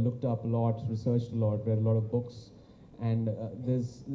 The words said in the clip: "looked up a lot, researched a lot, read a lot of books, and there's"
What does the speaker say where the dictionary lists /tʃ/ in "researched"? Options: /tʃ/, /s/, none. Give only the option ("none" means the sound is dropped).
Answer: /tʃ/